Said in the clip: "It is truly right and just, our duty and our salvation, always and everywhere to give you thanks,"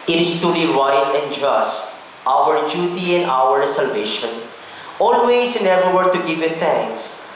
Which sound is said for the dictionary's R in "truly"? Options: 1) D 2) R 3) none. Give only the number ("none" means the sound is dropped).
3